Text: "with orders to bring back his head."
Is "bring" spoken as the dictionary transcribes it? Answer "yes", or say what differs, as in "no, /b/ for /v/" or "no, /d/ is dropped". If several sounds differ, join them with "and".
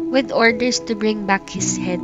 yes